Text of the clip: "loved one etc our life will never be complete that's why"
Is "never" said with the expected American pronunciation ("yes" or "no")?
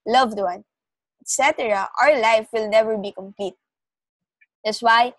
yes